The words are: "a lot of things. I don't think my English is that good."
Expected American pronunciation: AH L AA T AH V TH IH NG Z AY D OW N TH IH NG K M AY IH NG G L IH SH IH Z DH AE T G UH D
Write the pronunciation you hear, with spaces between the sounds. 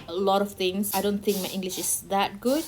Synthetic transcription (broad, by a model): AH L AA T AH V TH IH NG S AY D OW N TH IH NG K M AY IH NG G L IH SH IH S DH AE T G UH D